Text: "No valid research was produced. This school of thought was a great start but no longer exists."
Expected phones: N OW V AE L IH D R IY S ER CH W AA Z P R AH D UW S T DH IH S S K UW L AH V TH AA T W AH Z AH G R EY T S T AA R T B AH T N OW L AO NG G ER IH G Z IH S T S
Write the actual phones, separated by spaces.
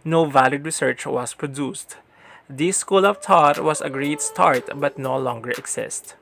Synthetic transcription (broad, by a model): N OW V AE L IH D R IY S ER CH W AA S P R AH D UW S T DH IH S S K UW L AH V T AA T W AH S AH G R EY T S T AA R T B AH T N OW L AO NG G ER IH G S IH S T